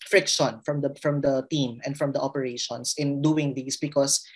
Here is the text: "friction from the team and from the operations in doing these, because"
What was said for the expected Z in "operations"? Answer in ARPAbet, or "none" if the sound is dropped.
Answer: S